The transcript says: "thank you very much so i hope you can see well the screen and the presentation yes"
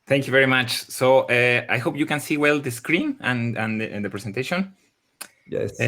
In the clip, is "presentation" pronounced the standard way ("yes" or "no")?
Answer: no